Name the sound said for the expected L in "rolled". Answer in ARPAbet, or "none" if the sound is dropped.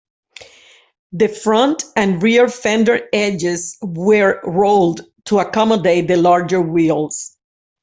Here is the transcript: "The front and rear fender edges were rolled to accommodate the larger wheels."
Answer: L